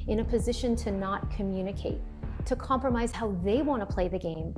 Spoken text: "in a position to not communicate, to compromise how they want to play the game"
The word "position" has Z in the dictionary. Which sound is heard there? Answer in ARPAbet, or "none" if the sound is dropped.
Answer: Z